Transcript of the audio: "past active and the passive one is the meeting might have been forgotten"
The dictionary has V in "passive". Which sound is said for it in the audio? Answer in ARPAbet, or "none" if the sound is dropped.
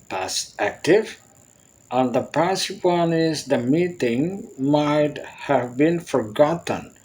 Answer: P